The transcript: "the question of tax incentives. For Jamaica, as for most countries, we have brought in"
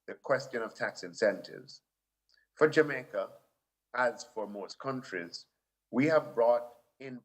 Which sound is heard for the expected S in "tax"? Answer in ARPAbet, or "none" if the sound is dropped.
S